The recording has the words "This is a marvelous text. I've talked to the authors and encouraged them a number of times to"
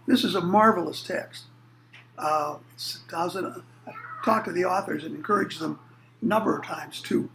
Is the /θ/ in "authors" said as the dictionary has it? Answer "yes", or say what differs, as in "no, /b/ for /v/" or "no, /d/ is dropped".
yes